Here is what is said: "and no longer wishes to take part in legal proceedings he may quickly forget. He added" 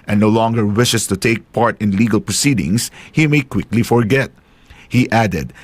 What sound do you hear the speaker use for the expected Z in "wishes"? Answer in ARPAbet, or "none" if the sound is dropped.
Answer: S